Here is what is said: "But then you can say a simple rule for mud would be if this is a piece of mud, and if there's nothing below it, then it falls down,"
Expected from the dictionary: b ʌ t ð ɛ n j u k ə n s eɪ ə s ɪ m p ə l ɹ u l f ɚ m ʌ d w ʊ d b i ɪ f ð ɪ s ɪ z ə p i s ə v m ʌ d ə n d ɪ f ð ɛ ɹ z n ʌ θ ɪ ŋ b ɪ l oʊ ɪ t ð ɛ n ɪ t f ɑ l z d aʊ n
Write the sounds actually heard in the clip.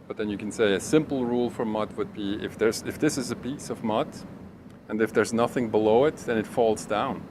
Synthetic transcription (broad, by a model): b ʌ t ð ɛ n j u k n s eɪ ə s ɪ m p l ɹ u l f ɚ m ʌ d w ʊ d b i ɪ f ð ɪ s ɪ z ə p i s ə v m ʌ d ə n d ɪ f ð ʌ ɹ z n ʌ θ ɪ ŋ b ɪ l oʊ ɪ t ð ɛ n ɪ t f ɑ l z d aʊ n